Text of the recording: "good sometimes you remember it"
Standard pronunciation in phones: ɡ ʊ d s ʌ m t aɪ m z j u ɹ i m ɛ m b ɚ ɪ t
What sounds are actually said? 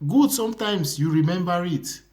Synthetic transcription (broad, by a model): ɡ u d s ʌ m t aɪ m s j u ɹ i m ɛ m b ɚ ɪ t